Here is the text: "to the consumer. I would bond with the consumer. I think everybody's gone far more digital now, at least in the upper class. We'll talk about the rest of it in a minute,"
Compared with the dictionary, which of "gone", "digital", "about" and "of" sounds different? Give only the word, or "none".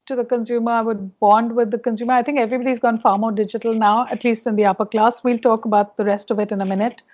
none